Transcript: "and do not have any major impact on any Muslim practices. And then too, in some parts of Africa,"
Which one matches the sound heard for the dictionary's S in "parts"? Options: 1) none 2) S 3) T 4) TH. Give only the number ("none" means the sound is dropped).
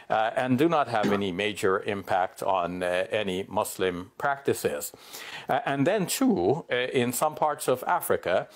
2